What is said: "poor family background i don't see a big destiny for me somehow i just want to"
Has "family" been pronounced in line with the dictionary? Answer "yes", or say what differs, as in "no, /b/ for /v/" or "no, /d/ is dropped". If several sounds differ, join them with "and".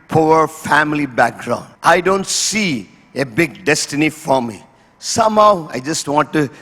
yes